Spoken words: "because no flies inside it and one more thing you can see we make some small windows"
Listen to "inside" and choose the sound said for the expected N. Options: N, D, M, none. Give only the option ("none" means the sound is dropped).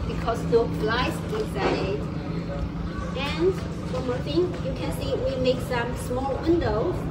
none